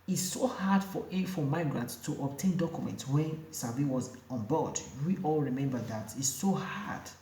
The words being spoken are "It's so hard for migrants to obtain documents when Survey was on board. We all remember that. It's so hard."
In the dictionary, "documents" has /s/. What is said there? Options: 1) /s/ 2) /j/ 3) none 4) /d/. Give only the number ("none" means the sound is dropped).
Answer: 1